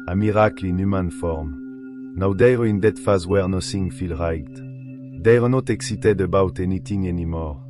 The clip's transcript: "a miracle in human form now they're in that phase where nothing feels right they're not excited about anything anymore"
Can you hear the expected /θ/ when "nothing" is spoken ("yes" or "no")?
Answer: no